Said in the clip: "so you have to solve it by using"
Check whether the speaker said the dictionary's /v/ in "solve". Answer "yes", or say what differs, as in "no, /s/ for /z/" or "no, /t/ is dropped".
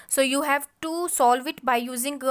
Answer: yes